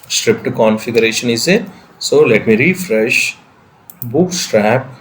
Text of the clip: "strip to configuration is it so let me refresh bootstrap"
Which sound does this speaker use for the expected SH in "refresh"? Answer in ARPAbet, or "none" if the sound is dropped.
SH